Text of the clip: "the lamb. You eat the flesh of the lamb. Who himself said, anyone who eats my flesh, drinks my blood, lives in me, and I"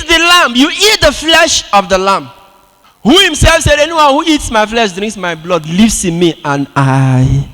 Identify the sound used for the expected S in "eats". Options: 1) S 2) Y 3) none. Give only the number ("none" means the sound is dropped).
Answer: 1